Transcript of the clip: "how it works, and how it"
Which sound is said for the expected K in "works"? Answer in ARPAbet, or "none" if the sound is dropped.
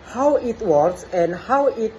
none